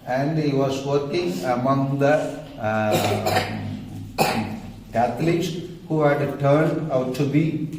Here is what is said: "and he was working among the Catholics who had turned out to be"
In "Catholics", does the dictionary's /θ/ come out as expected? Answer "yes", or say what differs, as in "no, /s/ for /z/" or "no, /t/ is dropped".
no, /t/ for /θ/